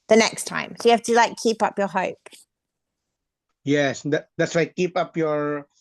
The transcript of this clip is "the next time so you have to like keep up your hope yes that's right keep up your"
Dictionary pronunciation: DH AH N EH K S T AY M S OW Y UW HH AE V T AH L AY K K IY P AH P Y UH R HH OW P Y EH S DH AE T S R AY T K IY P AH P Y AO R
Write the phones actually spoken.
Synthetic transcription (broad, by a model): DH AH N EH K S T AY M S OW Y HH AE F T AH L AY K K IY P AH P Y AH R HH OW P Y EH S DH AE T S W AY K IY P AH P Y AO R